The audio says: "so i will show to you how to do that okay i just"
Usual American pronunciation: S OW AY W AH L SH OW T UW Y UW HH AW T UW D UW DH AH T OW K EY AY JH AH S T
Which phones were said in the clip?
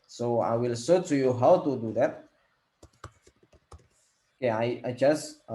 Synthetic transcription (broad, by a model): S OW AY W AH L S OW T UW Y UW HH AW T UW D UW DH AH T K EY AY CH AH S